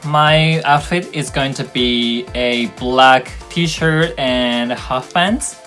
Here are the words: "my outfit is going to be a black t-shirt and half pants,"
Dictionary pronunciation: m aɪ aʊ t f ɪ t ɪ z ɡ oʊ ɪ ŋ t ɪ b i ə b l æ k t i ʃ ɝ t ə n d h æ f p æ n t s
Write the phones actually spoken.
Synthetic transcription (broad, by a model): m aɪ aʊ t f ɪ t ɪ z ɡ oʊ ɪ ŋ t ɪ b i ə b l æ k t i ʃ ɝ t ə n h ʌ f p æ n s